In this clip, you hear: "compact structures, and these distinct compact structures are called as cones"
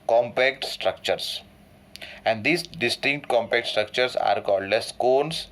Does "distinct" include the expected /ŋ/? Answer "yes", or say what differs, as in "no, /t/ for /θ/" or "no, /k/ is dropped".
yes